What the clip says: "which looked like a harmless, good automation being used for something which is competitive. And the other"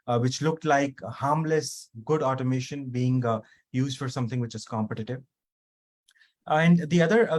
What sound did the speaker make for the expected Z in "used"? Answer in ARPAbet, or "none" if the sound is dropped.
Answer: Z